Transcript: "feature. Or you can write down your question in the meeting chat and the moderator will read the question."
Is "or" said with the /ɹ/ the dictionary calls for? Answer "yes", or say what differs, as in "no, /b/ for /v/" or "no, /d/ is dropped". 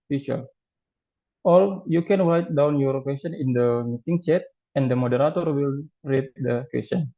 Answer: no, /l/ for /ɹ/